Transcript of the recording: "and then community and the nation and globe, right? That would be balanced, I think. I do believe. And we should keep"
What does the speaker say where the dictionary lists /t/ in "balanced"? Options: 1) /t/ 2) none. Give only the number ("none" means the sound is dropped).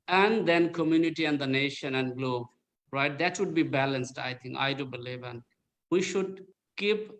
1